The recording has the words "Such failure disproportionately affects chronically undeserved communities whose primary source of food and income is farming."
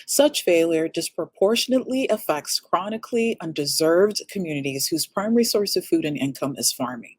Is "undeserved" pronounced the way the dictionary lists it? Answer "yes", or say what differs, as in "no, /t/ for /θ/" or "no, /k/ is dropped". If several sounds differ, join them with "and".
yes